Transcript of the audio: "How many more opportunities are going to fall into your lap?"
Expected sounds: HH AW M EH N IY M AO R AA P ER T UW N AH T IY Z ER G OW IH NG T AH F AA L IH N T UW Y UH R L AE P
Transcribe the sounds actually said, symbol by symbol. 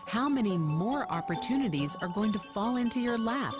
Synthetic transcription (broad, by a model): HH AW M EH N IY M AO R AA P ER T UW N AH T IY Z ER G OW IH NG T AH F AA L IH N T UW Y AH R L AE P